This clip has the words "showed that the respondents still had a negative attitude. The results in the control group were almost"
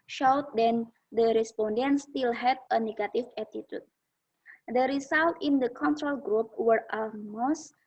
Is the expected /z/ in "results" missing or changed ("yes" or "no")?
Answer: yes